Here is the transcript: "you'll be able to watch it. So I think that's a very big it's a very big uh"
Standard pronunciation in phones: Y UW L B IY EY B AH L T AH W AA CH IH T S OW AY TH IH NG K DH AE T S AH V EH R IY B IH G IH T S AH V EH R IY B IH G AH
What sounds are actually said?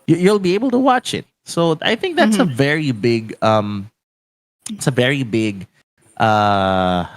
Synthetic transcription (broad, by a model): Y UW L B IY EY B AH L T AH W AA CH IH T S OW AY TH IH NG K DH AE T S AH V EH R IY B IH G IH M S AH V EH R IY B IH G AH